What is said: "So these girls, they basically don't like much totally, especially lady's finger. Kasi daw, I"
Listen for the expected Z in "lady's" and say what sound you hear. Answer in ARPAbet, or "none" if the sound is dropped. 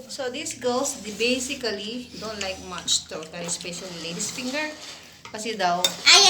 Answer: S